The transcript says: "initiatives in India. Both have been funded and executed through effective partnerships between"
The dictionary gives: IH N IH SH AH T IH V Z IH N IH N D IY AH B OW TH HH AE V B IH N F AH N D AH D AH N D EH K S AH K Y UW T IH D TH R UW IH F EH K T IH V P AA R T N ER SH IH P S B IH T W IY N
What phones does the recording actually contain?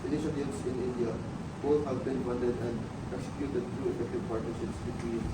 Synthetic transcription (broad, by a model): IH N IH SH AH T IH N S IH N IH N D IY AH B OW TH HH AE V B IH N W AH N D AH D AH N D EH K S AH K Y UW T IH D T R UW IH F EH K T IH V P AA R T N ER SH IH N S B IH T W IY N